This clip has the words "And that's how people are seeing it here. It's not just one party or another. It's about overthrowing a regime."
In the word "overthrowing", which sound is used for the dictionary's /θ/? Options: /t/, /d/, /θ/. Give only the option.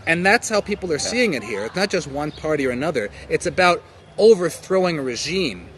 /θ/